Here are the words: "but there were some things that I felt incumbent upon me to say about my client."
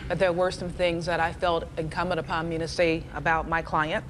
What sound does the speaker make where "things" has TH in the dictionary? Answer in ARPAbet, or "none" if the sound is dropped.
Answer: TH